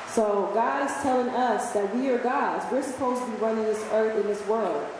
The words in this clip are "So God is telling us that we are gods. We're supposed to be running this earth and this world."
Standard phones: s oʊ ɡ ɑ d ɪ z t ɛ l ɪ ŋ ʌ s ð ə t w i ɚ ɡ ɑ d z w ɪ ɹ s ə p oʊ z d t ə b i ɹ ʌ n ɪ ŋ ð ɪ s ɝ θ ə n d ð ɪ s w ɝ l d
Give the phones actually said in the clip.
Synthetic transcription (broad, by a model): s oʊ ɡ ɑ d ɪ z t ɛ l ɪ ŋ ʌ s ð ə t w i ɚ ɡ ɑ d z w ɪ ɹ s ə p oʊ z t ə b i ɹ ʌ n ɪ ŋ ð ɪ s ɝ θ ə n ð ɪ s w ɝ l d